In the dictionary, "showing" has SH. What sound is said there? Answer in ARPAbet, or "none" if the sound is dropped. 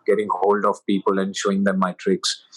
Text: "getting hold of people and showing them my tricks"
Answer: SH